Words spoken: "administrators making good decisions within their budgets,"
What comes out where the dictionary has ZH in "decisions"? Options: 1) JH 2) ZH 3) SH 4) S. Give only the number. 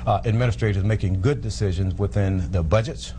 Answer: 2